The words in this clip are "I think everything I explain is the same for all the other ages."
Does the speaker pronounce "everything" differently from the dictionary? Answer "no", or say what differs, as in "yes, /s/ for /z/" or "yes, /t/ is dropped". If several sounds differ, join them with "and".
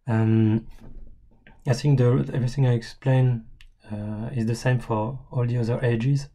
no